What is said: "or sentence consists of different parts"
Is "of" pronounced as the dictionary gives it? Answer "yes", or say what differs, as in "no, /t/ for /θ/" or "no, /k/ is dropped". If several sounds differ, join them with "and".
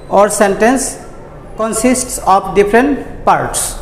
no, /p/ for /v/